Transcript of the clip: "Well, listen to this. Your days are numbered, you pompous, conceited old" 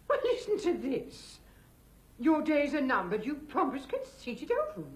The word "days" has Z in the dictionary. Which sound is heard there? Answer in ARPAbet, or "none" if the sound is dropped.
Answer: Z